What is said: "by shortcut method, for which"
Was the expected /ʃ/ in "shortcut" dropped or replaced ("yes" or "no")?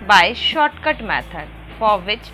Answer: no